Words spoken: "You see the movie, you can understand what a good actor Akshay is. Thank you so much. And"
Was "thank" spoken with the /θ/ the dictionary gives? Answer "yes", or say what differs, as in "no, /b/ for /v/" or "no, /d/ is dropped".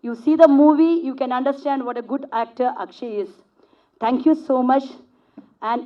no, /t/ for /θ/